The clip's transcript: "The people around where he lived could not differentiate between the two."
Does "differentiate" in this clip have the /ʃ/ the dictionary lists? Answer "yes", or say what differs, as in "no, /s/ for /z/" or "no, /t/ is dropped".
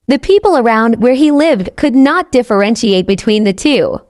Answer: yes